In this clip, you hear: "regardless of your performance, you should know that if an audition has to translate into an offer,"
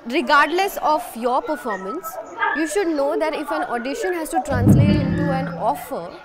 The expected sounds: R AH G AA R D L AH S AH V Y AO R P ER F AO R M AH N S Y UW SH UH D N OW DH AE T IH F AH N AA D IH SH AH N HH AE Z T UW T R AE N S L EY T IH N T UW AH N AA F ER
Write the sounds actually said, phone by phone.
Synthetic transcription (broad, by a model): R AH G AA R D L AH S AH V Y AO R P ER F AO R M AH N S Y UW SH UH D N OW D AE T IH F AH N AA D IH SH AH N HH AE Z T UW T R AE N S L EY T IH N T UW AH N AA F ER